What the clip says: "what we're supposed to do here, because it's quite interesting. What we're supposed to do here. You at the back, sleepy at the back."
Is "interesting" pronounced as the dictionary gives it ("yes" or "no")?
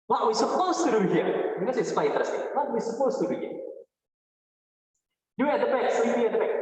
no